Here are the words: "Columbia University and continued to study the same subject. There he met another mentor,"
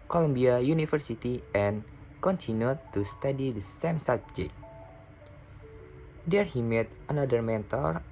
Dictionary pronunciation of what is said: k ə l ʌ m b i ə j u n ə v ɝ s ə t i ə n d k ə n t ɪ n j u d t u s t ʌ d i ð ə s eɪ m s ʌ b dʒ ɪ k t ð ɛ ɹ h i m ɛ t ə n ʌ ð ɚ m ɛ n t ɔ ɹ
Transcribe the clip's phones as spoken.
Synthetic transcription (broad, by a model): k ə l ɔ m b i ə j u n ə f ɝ s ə t i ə n k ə n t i n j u t u s t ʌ d i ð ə s eɪ m s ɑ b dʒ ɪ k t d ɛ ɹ h i m ɛ t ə n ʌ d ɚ m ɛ n t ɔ ɹ